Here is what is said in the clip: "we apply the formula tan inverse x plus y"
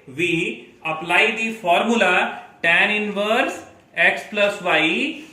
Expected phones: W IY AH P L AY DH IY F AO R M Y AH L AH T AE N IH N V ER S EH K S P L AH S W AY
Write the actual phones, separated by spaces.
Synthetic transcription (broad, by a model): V IY AH P L AY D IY F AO R M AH L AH T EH N IH N V ER S EH K S P L AH S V AY